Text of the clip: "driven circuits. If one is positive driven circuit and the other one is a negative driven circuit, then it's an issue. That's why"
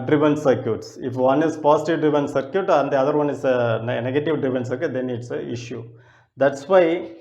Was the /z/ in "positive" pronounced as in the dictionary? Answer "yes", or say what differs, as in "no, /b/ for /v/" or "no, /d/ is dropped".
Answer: no, /s/ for /z/